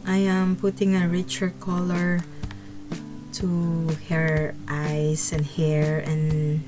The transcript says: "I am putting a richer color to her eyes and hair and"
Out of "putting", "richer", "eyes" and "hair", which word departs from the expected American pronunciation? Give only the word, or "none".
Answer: eyes